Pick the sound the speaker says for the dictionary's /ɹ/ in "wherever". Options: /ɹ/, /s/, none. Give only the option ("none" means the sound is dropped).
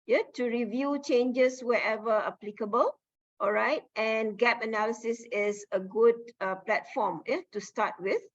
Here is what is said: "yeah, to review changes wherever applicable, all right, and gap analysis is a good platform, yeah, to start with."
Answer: none